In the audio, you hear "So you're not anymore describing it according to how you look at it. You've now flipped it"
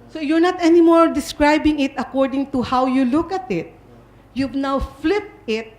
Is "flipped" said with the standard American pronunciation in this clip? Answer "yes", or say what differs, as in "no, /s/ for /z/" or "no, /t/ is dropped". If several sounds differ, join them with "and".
yes